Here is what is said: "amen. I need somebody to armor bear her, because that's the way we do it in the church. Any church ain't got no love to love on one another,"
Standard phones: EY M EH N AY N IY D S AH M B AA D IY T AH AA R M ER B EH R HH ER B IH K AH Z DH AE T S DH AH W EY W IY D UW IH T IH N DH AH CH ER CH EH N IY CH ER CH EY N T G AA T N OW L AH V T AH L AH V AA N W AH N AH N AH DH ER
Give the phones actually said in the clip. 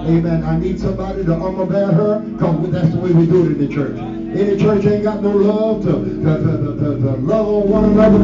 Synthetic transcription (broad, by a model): EY M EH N AY N IY D S AH M B AA D IY T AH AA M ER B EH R HH ER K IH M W DH AE T S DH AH W EY W IY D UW IH T IH N DH AH CH ER CH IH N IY CH ER CH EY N G AA T N OW L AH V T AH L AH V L W AH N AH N AH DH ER